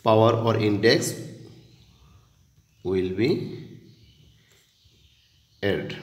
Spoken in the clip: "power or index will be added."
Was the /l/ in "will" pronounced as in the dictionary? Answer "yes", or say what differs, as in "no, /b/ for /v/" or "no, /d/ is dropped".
yes